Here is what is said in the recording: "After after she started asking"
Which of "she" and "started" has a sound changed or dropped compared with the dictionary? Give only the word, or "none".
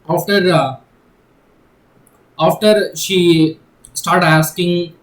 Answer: none